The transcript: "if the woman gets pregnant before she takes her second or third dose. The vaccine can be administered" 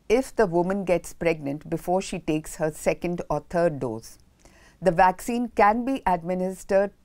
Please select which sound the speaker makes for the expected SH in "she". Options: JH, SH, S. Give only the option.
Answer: SH